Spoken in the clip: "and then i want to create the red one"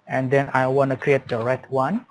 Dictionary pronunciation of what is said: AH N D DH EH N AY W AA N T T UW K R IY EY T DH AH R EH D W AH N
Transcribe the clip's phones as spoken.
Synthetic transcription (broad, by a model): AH N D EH N AY W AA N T T UW K R IY EY T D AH R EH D W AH N